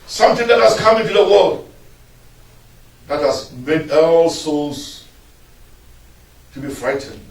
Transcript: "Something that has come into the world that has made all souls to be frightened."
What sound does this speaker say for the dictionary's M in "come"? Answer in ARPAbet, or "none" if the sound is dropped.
M